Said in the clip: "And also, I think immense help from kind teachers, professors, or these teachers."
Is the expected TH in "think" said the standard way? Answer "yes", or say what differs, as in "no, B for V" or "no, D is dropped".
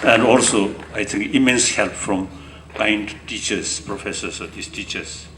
no, T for TH